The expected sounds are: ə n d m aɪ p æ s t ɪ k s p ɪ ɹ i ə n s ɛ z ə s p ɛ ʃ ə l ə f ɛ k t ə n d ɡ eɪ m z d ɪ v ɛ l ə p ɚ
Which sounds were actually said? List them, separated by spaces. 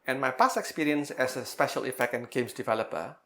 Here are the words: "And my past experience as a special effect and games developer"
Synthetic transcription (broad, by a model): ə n m aɪ p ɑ s ɪ k s p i ɹ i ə n s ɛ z ə s p ɛ ʃ ə l ə f ɛ k t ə n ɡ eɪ m s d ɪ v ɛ l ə p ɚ